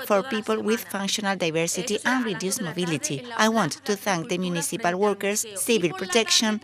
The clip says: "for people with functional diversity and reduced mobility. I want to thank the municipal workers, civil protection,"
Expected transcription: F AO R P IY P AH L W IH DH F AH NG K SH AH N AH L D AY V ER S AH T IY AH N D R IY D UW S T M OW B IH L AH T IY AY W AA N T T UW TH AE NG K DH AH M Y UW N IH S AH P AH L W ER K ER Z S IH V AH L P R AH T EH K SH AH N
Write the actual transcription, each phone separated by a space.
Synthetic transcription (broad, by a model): F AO R P IY P AH L W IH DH F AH NG K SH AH N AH L D AY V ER S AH T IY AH N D R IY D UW S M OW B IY L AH T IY AY W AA N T T UW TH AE NG K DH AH M Y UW N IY S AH P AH L W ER K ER S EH B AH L P R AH T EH K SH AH N